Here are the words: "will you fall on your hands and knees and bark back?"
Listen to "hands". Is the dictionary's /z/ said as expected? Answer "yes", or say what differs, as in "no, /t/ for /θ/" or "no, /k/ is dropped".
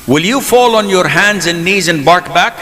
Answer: yes